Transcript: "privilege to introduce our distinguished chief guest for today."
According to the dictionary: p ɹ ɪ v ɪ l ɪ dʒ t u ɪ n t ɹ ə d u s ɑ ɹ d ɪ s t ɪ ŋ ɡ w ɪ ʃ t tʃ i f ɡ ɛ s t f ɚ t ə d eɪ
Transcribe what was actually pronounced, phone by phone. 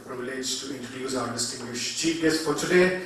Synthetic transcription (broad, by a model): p ɹ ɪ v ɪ l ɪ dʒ t u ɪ n t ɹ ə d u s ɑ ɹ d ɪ s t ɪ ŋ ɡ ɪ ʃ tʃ i p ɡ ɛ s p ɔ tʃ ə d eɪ